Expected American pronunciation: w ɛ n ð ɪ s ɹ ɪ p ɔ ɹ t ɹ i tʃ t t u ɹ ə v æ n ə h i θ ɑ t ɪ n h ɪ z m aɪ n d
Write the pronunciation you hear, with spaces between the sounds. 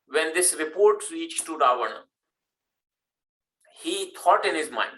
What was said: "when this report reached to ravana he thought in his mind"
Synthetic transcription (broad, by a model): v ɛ n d ɪ s ɹ ɪ p ɔ ɹ t ɹ i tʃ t t u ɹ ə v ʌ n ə h i t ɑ t ɪ n h ɪ z m aɪ n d